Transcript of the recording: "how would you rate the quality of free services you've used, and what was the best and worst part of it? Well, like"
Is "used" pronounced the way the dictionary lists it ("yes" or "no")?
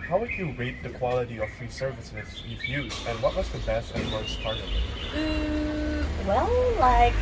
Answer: no